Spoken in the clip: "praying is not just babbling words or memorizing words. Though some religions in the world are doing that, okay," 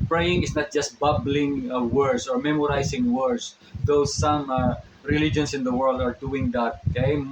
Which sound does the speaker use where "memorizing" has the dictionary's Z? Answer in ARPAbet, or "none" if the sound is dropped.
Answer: S